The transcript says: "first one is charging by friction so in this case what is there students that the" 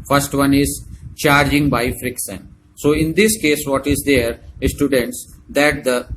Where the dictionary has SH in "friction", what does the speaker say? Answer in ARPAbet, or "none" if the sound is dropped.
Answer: S